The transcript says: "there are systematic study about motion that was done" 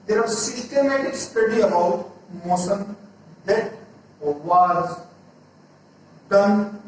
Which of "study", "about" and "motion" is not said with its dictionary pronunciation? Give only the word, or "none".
motion